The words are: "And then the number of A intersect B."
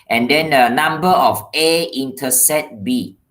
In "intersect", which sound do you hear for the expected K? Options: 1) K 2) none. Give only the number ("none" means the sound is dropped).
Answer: 2